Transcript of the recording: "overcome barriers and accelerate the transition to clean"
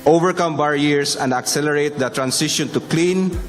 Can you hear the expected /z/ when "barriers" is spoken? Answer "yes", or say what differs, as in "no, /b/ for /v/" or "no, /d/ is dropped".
no, /s/ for /z/